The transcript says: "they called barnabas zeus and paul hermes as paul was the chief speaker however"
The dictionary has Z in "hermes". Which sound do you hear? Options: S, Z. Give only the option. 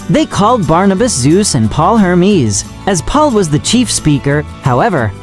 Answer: Z